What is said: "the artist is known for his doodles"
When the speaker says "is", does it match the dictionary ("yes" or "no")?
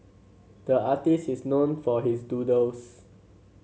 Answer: no